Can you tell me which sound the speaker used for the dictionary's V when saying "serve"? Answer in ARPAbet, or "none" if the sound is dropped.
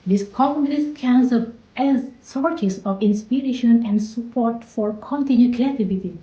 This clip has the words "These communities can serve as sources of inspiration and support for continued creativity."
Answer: P